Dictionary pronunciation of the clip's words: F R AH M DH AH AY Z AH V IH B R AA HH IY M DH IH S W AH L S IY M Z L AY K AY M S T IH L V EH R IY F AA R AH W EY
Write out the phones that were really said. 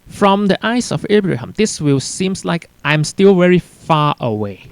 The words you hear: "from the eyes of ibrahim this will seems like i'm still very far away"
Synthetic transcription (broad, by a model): F R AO M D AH AY S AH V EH B R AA HH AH M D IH S W AH L S IY M S L AY K AY M S T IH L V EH R IY F AA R AH W EY